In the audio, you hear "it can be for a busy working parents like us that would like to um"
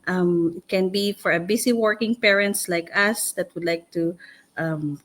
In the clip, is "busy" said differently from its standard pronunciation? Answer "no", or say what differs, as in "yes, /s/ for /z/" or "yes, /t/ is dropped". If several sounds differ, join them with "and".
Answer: yes, /s/ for /z/